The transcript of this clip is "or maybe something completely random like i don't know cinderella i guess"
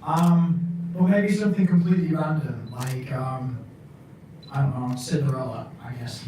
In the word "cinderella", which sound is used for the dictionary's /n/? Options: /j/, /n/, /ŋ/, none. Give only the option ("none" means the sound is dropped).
none